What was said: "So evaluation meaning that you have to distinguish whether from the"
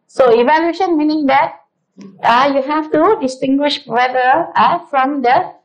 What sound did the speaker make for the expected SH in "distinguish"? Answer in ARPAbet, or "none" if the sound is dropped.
SH